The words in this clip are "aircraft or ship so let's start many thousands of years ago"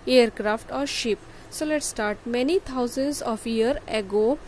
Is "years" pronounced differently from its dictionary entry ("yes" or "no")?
yes